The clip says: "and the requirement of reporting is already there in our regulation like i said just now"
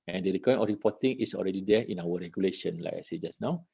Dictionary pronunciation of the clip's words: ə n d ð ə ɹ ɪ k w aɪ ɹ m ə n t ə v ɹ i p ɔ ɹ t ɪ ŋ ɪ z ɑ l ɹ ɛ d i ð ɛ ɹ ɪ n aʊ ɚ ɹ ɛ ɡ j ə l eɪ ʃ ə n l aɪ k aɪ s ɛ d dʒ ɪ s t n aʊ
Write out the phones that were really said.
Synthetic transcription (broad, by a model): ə n d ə ɹ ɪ k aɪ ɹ ə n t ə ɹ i p ɔ t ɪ ŋ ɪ s ɑ l ɹ ɛ d i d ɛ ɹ ɪ n aʊ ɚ ɹ ɛ ɡ j ə l eɪ ʃ ə n l aɪ k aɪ s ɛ dʒ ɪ s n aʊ